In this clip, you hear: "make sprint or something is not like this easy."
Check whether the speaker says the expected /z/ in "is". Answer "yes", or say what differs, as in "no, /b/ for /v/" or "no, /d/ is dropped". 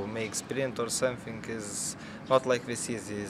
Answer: yes